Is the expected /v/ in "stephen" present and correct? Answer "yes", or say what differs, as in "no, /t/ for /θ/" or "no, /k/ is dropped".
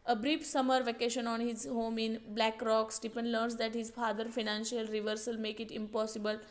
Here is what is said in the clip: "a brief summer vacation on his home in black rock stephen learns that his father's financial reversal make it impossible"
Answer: no, /p/ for /v/